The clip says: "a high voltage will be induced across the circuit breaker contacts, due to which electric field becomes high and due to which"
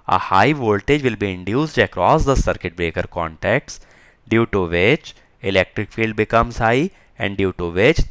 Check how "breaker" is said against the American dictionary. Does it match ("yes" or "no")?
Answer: yes